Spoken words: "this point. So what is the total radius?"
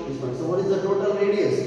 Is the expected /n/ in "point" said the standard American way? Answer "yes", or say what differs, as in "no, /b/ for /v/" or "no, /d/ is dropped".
no, /n/ is dropped